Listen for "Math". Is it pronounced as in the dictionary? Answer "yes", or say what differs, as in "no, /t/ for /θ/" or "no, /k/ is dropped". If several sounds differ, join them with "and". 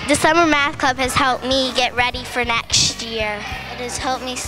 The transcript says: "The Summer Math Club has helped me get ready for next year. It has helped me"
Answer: yes